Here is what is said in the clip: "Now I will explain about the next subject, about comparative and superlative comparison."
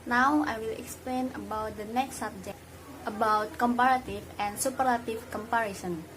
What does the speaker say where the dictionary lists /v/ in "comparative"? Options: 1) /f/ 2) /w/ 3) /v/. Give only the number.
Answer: 1